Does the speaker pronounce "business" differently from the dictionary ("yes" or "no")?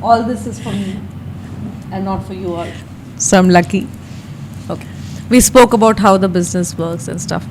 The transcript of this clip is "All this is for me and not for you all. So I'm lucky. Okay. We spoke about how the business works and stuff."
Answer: no